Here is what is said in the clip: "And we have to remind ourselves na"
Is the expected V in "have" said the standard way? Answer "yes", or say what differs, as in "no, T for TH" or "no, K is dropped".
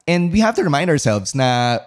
no, F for V